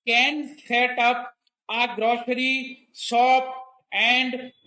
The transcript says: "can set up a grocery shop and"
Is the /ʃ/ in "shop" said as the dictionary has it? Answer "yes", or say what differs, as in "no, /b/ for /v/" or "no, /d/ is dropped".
no, /s/ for /ʃ/